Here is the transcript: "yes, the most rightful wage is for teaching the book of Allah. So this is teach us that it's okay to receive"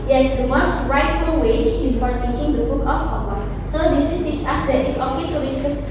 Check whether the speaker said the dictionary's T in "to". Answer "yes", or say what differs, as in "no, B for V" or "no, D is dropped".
no, S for T